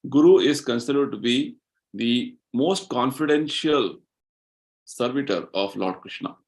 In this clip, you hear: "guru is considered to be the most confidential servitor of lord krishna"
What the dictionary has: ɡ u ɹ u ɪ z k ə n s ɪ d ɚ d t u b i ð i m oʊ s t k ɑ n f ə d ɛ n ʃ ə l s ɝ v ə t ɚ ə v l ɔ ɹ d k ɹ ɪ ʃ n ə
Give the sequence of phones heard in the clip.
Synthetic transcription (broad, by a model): ɡ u ɹ u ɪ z k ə n s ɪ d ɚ d t u b i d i m oʊ s t k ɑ n f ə d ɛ n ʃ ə l s ɝ v ə t ɚ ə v l ɔ ɹ d k ɹ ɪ ʃ n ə